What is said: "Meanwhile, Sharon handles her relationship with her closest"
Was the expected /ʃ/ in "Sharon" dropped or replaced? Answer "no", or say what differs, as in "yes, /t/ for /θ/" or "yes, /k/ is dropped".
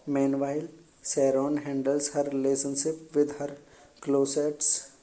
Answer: yes, /s/ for /ʃ/